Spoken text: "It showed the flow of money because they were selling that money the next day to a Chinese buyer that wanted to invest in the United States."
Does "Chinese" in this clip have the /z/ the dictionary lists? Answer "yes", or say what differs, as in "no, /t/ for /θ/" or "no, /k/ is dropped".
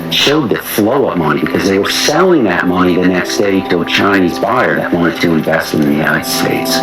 yes